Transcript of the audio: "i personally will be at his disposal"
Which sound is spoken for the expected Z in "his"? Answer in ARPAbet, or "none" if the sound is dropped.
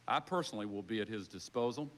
Z